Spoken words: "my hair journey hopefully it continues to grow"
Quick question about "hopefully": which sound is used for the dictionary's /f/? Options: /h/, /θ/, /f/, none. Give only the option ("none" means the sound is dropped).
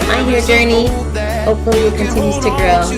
none